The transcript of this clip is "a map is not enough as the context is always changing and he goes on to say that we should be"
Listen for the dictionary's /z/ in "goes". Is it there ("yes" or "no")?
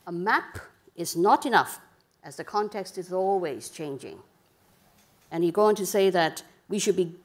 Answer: no